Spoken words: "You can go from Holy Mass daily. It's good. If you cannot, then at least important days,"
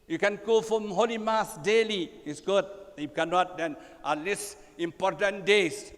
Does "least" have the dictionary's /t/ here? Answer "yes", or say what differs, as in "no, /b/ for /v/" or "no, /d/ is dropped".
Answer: no, /t/ is dropped